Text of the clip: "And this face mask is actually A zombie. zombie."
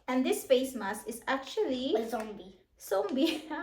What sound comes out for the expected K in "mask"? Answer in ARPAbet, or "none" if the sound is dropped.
none